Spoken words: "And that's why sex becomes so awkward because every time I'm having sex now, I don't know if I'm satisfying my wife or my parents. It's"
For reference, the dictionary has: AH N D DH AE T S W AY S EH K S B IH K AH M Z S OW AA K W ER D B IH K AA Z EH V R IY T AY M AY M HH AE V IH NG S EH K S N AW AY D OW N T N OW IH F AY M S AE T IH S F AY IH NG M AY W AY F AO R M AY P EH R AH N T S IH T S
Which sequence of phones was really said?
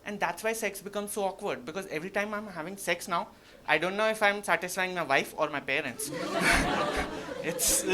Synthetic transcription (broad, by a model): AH N D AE T S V AY S EH K S B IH K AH M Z S OW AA K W ER D B IH K AA Z EH V R IY T AY M AY M HH AE V IH NG S EH K S N AW AY D OW N T N OW IH F AY M S AE T IH S F AY IH NG M AY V AY F AO R M AY P EH R AH N T S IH T S